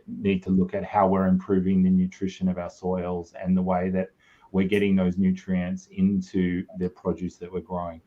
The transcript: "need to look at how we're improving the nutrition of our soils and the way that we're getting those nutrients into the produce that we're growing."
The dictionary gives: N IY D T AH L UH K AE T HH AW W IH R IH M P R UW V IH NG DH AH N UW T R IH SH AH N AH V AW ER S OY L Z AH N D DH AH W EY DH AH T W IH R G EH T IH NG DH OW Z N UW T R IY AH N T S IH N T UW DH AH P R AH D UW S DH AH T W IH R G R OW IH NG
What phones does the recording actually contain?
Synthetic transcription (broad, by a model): N IY D T AH L UH K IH T HH AW W IH R IH M P R UW V IH NG DH AH N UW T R IH SH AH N AH V AW ER S OY L Z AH N DH AH W EY DH AH T W IH R G EH T IH NG DH OW Z N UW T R IY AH N T S IH N T UW DH AH P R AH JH UW S DH AH T W IH R G R OW IH NG